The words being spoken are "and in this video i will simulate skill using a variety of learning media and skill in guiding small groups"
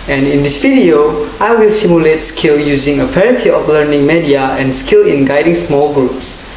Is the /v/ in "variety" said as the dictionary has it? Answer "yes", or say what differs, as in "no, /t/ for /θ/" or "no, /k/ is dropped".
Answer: no, /p/ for /v/